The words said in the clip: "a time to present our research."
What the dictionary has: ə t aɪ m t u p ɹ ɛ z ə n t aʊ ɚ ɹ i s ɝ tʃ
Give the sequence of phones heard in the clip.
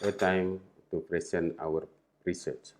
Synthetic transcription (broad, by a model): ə t aɪ m t u p ɹ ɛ s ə n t aʊ ɚ ɹ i s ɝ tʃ